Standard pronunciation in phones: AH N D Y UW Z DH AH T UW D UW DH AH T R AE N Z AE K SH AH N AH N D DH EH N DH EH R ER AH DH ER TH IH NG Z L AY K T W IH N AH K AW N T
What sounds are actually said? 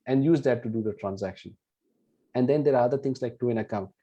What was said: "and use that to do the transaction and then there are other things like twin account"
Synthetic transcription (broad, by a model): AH N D Y UW Z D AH T UW D UW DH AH T R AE N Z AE K SH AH N AH N D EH N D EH R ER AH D ER T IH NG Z L AY K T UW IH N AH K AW